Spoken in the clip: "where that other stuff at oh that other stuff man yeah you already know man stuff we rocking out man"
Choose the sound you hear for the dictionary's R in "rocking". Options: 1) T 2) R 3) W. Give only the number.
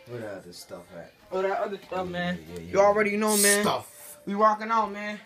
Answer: 3